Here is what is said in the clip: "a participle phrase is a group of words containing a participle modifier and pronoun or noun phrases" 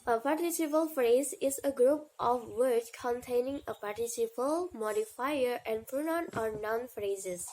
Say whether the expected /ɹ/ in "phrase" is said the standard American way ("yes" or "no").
yes